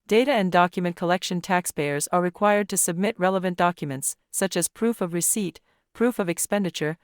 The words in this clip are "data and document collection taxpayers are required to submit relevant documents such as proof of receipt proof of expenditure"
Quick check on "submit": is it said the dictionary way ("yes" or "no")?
yes